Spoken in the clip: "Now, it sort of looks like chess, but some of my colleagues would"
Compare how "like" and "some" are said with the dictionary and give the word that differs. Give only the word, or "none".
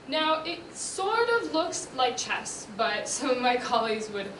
some